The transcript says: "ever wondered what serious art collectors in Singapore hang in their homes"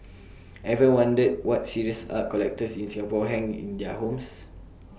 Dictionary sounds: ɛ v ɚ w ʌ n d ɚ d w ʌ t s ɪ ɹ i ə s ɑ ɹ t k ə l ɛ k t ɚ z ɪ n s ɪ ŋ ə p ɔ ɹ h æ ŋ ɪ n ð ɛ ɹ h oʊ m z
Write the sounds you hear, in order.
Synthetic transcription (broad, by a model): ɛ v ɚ w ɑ n d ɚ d w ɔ t s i ɹ i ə s ɑ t k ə l ɛ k t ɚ s ɪ n s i ə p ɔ h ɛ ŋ ɪ n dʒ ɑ h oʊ m s